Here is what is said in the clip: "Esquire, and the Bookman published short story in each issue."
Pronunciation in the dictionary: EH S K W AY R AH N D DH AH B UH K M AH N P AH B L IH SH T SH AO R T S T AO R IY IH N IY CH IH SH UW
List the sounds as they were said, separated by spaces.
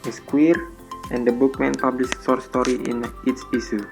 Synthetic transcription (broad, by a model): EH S K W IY R AH N D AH B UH K M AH N P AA B L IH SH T S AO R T S T AO R IY IH N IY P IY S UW